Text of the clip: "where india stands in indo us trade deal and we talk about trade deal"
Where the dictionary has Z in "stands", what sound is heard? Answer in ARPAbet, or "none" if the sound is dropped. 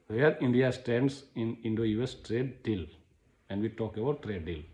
S